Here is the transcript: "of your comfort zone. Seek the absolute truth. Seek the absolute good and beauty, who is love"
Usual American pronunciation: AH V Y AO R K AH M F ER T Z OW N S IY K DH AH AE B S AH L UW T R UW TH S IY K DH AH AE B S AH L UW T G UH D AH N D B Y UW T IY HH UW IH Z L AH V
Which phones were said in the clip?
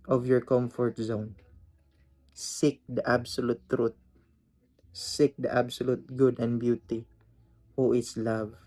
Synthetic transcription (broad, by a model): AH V Y AO R K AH M F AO T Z OW N S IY K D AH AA B S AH L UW T R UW T S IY K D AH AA B S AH L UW T G UH D AH N D B Y UW T IY HH UW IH S L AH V